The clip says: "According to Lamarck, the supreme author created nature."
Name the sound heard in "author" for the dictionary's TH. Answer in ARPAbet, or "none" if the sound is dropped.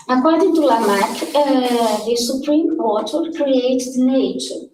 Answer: T